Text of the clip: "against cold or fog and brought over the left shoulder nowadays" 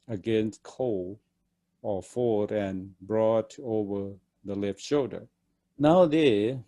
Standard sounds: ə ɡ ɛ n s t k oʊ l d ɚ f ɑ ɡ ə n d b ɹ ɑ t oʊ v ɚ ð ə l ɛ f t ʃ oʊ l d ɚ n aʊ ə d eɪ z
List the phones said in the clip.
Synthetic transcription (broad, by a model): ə ɡ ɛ n s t k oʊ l ɚ f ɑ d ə n b ɹ ɑ t oʊ v ɚ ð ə l ɛ f t ʃ oʊ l d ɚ n aʊ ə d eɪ